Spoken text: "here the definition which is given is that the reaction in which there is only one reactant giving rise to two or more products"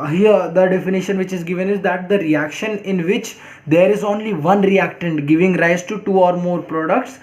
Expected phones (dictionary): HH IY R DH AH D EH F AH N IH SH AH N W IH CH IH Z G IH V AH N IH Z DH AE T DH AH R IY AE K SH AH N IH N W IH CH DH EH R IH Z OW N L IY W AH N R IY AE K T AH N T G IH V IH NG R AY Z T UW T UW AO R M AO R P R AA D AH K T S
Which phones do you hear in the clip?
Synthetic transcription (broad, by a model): HH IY R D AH D EH F AH N IH SH AH N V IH CH IH Z G IH V AH N IH Z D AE T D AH R IY AE K SH AH N IH N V IH CH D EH R IH Z OW N L IY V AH N R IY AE K T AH N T G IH V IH NG R AY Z T UW T UW AO R M AO R P R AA D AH K T S